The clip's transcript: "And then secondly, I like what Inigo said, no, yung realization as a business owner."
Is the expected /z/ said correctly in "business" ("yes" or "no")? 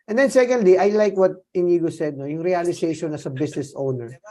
no